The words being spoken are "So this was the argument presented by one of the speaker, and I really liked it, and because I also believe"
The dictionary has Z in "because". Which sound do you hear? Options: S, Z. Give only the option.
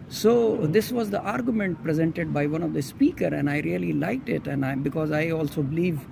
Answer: Z